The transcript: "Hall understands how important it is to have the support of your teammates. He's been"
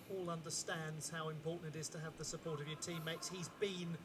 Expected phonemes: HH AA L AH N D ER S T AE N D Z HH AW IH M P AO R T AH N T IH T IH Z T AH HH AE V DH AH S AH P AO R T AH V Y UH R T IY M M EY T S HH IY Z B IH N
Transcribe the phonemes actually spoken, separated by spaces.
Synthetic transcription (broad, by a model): AA L AH N D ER S T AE N D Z HH AW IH M P AO R T N T IH T IH Z T AH V DH AH S AH P AO R T AH V Y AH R T IY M M EY T S HH IY Z B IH N